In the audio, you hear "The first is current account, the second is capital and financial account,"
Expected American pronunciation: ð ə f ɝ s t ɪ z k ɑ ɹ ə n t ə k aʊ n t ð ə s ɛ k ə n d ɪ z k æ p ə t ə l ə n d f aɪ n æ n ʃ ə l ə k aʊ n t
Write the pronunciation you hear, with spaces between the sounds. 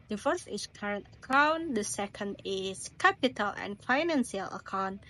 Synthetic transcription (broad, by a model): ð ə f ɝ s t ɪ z k ɑ ɹ ə n t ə k aʊ n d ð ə s ɛ k ə n d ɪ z k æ p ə t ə l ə n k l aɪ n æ n s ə l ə k aʊ n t